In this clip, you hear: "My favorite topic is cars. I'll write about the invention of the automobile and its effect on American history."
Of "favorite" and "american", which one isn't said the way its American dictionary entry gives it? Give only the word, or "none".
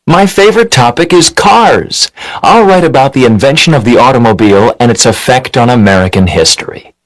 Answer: none